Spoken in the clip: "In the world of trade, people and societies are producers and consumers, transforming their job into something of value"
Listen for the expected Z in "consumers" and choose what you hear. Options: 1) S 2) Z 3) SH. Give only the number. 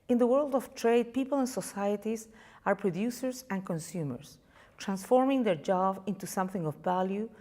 1